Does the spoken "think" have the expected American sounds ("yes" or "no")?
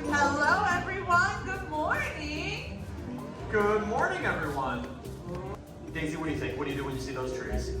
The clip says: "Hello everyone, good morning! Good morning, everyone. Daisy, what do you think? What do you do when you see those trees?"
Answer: no